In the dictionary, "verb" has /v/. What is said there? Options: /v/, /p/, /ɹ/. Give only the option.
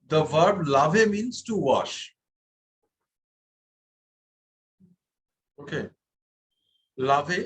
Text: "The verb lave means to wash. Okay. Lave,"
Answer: /v/